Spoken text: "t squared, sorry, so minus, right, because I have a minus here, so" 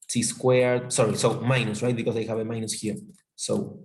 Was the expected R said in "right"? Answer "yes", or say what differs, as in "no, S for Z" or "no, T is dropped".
yes